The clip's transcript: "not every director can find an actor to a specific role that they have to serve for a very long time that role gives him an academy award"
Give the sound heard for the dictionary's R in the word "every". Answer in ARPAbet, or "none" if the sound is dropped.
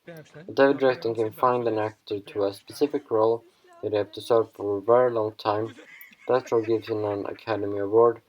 none